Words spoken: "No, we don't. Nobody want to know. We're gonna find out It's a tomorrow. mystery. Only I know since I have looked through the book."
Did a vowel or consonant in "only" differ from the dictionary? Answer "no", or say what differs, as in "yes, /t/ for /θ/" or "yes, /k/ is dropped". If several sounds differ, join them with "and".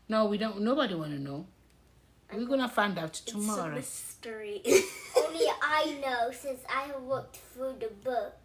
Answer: no